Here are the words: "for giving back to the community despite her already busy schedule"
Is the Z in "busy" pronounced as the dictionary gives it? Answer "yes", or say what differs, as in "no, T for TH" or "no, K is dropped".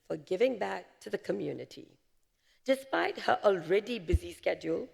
yes